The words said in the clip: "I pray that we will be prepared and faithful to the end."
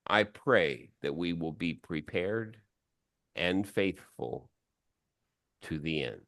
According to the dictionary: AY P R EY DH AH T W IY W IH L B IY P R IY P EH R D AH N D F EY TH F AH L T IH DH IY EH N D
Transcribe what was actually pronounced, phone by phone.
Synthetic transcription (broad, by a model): AY P R EY DH AH T W IY W IH L B IY P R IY P EH R D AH N F EY TH F AH L T IH DH IY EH N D